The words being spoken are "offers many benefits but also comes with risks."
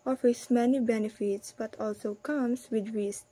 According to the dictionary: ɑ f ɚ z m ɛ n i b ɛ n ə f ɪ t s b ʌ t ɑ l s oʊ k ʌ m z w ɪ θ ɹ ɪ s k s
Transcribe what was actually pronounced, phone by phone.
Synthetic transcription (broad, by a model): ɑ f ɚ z m ɛ n i b ɛ n ə f ɪ t s b ʌ t ɑ l s oʊ k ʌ m s w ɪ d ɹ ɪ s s